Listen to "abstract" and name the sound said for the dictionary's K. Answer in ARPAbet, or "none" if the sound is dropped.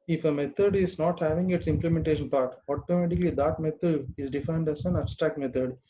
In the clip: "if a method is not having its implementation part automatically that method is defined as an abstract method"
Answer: K